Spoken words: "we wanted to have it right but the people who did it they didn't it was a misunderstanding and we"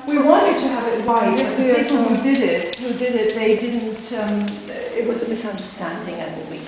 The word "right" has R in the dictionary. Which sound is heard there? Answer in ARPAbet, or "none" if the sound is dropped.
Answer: W